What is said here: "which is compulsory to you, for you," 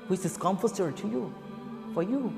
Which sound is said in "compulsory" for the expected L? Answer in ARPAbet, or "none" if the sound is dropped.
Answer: none